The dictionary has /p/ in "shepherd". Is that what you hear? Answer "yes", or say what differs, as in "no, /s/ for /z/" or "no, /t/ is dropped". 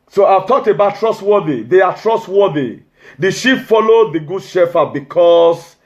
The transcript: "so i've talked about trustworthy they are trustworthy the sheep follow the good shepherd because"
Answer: no, /f/ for /p/